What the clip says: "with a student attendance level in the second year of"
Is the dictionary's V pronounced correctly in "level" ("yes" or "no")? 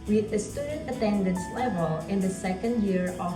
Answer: yes